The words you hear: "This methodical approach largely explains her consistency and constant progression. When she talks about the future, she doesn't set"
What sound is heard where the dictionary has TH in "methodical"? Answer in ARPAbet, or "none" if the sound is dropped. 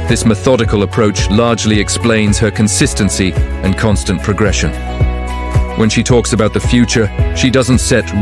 TH